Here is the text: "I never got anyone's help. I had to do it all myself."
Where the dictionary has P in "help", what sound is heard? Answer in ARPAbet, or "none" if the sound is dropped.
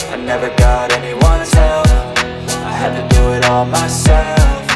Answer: F